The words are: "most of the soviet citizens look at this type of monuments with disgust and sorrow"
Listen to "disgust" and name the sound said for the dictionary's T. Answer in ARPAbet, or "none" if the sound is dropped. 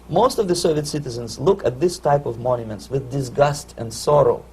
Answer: T